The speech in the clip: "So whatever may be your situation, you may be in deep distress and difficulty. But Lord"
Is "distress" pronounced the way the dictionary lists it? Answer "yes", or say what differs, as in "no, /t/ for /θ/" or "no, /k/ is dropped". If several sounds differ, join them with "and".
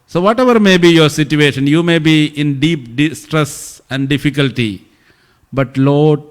yes